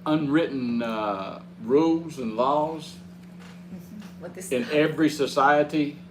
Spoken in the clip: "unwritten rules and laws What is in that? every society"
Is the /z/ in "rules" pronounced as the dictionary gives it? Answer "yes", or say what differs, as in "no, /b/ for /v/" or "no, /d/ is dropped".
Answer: yes